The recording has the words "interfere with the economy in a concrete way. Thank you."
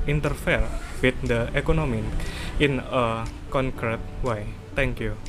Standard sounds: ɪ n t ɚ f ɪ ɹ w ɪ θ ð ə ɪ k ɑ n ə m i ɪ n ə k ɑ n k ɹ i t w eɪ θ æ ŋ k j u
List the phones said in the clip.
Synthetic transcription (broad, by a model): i n t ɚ f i ɹ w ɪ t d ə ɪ k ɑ n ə m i ɪ n ə k ɑ n k ɹ i t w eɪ t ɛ ŋ k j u